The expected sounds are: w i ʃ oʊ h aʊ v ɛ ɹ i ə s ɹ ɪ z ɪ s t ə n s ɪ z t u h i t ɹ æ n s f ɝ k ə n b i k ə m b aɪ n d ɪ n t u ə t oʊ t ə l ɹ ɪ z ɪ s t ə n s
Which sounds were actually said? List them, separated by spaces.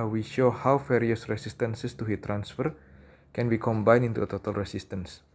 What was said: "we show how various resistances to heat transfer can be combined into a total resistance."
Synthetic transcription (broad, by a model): w i ʃ oʊ h aʊ f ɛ ɹ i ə s ɹ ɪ s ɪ s t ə n s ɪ s t u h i t ɹ æ n s f ɝ k ə n b i k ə m b aɪ n ɪ n t u ə t oʊ t ə l ɹ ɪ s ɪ s t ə n s